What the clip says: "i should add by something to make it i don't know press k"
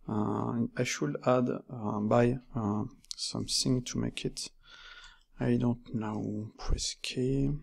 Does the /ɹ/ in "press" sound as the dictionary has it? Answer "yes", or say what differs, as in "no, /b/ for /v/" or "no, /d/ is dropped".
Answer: no, /w/ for /ɹ/